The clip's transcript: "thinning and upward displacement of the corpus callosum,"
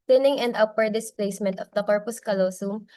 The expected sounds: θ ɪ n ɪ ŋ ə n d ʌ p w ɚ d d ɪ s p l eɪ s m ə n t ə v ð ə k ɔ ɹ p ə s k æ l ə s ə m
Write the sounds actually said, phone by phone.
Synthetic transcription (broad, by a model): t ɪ n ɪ ŋ ə n d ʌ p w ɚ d d ɪ s p l eɪ s m ə n t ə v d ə k ɔ ɹ p ə s k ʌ l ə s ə m